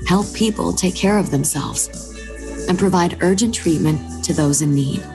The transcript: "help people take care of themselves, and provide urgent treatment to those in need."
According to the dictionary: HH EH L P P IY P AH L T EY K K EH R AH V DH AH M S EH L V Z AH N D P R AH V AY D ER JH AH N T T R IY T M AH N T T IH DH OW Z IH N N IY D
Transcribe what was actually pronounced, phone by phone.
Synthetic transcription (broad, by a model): HH EH L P P IY P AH L T EY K K EH R AH V DH AH M S EH L V Z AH N P R AH V AY D ER JH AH N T T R IY T M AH N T T IH DH OW Z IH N N IY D